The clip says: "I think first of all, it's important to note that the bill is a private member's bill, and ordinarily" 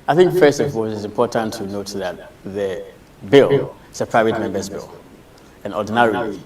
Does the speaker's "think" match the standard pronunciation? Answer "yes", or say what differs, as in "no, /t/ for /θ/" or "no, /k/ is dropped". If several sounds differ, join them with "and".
yes